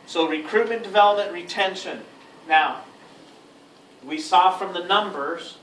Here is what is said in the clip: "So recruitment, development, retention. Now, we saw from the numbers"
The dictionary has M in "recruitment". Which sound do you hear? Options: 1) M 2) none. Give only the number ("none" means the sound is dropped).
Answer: 2